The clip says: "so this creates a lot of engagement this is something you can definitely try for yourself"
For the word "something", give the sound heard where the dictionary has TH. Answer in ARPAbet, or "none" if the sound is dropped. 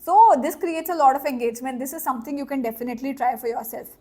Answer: T